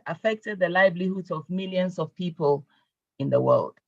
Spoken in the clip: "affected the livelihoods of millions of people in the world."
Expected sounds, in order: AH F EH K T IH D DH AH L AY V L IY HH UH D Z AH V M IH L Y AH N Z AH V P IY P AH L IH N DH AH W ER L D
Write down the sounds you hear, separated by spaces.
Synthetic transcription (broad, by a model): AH F EH K T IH D DH AH L AY B L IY HH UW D AH V M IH L Y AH N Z AH V P IY P AH L IH N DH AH W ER L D